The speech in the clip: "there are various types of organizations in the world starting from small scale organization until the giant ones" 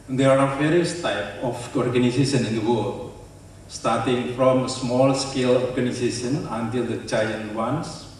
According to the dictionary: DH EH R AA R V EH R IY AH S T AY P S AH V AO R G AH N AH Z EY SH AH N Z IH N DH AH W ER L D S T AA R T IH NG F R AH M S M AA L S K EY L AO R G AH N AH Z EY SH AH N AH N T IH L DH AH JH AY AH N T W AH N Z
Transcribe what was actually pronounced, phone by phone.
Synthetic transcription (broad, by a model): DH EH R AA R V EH R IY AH S T AY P AH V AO R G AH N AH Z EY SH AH N IH N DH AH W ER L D S T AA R T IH NG F R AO M S M AA L S K EY L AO R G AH N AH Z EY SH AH N AH N T IH L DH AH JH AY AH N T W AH N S